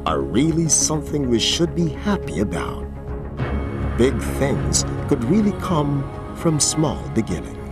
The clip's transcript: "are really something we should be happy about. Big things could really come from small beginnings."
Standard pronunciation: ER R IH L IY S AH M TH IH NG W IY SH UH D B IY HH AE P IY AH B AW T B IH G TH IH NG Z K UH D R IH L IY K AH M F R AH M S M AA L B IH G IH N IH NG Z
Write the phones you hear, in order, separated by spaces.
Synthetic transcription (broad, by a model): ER R IH L IY S AH M TH IH NG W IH SH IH D B IY HH AE P IY AH B AW T B IH G TH IH NG Z K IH D R IH L IY K AH M F R AH M S M AA L B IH G IH N IH NG